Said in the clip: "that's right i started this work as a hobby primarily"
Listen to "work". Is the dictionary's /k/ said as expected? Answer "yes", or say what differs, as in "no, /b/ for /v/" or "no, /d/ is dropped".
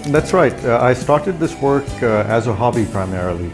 yes